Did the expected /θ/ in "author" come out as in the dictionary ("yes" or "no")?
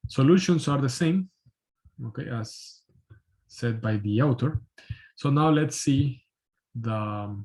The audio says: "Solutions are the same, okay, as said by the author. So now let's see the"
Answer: no